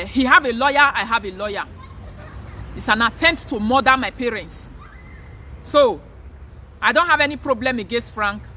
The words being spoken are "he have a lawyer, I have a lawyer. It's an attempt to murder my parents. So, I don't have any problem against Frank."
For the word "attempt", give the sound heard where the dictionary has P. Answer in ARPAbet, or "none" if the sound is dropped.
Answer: P